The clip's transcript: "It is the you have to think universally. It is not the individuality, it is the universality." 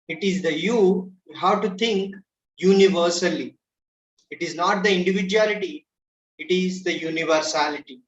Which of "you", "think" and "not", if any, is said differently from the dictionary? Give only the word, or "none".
think